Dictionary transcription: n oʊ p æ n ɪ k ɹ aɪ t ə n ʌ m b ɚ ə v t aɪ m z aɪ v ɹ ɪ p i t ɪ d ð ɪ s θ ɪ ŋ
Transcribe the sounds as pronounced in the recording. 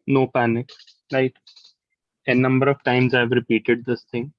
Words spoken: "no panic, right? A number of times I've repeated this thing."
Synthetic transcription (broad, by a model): n oʊ p æ n ɪ k l aɪ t ə n ʌ m b ɚ ə v t aɪ m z aɪ v ɹ ɪ p i t ɪ d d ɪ s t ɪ ŋ